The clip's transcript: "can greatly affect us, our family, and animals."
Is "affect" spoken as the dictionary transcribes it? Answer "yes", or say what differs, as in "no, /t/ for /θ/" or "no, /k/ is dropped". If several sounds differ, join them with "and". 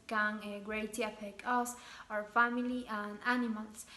no, /t/ is dropped